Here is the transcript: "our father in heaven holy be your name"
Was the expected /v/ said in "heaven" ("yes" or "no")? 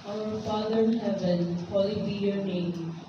no